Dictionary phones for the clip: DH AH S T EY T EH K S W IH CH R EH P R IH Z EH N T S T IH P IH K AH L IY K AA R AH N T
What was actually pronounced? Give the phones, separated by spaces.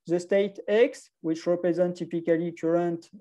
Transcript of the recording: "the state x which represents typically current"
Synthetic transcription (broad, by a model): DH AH S T EY T EH K S W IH CH R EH P R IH Z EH N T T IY P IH K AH L IY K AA R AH N T